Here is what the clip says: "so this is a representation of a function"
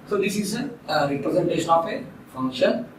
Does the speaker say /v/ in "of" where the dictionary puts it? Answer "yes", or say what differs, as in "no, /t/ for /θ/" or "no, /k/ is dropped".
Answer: no, /p/ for /v/